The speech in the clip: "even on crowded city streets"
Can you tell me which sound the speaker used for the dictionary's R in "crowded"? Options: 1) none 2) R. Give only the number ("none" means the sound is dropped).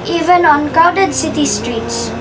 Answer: 1